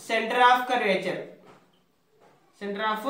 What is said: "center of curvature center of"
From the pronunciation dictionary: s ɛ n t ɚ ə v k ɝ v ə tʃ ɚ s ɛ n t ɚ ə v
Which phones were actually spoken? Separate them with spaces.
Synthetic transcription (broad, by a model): s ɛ n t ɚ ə f k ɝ ə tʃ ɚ s ɛ n t ɚ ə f